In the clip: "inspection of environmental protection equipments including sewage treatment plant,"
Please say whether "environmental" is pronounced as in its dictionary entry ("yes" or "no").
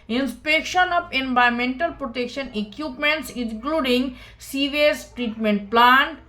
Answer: no